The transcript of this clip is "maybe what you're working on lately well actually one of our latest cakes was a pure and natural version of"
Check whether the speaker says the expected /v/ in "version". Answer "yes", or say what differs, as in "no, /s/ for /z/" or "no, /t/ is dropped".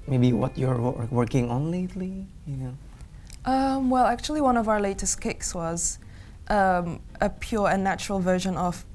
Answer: yes